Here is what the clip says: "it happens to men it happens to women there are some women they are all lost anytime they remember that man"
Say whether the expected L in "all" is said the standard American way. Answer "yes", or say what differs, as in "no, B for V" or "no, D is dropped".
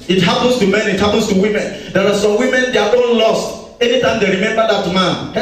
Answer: no, N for L